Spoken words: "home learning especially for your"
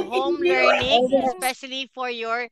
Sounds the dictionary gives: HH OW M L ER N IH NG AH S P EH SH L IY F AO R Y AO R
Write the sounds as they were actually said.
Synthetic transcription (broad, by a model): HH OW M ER IH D AH S P EH SH L IY F AO R Y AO R